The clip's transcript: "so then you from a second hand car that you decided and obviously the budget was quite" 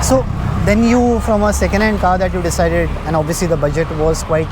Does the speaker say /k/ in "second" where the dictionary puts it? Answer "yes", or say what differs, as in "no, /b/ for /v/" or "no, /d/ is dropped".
yes